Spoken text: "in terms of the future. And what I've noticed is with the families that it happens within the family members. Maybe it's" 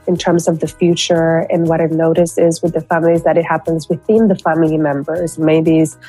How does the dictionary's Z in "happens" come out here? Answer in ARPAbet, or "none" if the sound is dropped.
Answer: Z